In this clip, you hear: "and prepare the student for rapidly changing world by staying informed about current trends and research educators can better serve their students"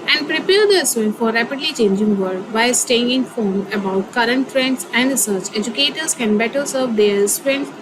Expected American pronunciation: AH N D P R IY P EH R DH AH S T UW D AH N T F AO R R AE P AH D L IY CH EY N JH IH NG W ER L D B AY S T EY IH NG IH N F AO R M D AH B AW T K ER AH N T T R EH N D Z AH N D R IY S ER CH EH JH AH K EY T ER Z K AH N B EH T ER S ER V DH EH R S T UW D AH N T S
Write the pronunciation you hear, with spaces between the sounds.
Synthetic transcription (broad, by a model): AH N D P R IY P EH R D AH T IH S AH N F AO R R AE P AH D L IY CH EY N JH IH NG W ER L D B AY S T EY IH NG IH N F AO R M AH B AW T K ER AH N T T R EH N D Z AH N D R IY S ER CH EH JH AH K EY T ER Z K AH N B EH T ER S ER V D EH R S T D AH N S